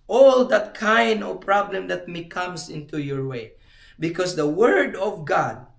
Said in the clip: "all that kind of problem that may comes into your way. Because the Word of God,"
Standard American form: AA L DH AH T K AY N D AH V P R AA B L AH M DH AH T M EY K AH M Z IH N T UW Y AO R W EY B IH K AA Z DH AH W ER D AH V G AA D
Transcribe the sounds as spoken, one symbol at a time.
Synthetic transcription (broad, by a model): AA L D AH T K AY N D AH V P R AA B L AH M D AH T M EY K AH M S IH N T UW Y AO R W EY B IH K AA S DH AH W ER D AH V G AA D